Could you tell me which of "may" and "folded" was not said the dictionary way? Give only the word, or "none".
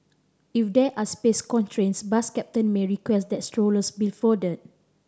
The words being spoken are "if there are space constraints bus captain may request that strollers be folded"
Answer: folded